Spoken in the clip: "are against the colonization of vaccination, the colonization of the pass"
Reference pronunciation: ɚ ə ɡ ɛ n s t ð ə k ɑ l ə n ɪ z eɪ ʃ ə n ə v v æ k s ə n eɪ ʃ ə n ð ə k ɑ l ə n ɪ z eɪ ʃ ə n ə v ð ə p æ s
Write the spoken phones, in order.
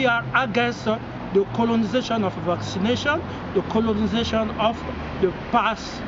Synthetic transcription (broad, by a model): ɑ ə ɡ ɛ n s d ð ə k ɑ l ə n ɪ z eɪ ʃ ə n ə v v æ k s ə n eɪ ʃ ə n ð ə k ɑ l ə n ɪ z eɪ ʃ ə n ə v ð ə p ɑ s